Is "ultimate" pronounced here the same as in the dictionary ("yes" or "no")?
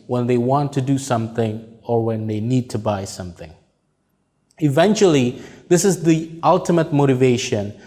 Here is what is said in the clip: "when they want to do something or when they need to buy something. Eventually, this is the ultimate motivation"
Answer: yes